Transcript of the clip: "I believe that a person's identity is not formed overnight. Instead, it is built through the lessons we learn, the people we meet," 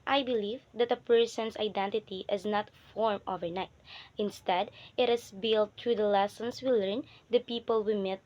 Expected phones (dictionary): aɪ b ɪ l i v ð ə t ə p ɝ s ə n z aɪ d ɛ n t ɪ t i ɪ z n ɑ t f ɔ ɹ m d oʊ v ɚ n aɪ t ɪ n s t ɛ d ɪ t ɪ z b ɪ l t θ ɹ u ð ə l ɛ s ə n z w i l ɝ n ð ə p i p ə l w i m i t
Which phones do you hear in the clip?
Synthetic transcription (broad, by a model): aɪ b ɪ l i v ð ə t ə p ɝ s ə n s aɪ d ɛ n t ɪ t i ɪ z n ɑ t f ɔ ɹ m oʊ v ɚ n aɪ t ɪ n s t ɛ d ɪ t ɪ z b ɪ l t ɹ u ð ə l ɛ s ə n s w i l ɝ n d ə p i p ə l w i m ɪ t